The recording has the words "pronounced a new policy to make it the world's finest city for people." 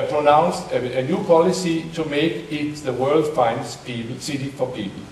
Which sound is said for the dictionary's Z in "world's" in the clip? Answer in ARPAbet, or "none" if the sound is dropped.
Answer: none